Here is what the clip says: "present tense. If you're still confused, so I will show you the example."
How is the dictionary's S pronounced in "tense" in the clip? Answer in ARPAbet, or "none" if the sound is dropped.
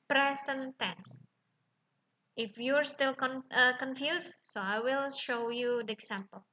S